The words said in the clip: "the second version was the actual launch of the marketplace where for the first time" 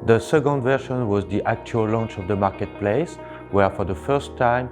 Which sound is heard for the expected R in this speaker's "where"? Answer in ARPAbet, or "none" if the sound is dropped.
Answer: R